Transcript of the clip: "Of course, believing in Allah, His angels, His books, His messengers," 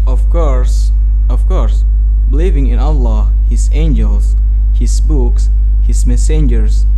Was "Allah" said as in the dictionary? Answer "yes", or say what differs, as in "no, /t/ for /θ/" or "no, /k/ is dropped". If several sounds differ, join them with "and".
yes